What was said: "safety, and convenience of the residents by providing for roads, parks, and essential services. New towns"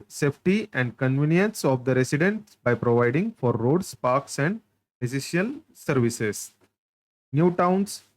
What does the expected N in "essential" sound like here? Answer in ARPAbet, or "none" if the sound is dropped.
none